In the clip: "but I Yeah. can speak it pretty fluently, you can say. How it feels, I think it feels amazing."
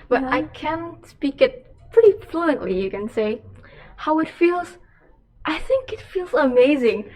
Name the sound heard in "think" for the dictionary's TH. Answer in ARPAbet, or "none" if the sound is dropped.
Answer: TH